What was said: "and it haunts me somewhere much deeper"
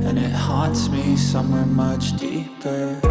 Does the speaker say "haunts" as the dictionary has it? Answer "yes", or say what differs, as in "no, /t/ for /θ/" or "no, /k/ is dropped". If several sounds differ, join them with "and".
no, /n/ is dropped